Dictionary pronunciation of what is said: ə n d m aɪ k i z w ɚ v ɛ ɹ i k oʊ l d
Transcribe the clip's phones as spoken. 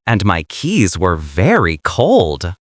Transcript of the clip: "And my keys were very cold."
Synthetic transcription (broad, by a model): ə n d m aɪ k i z w ɚ v ɛ ɹ i k oʊ l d